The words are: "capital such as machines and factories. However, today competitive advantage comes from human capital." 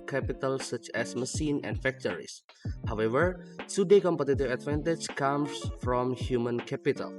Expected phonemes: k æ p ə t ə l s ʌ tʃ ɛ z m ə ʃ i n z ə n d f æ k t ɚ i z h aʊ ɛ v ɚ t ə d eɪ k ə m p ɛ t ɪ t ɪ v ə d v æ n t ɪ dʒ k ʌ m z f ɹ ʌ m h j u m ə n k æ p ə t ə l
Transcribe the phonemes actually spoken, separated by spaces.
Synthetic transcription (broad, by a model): k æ p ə t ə l s ʌ tʃ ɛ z m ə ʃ i n ə n d f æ k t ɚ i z h aʊ ɛ v ɚ s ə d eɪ k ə m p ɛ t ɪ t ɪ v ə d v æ n t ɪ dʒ k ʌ m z f ɹ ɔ m h j u m ə n k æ p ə t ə l